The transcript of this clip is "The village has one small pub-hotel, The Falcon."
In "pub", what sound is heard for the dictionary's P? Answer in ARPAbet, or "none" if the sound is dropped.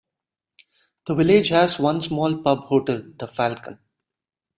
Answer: P